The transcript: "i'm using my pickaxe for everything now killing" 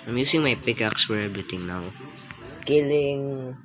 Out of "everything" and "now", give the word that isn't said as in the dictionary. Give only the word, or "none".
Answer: everything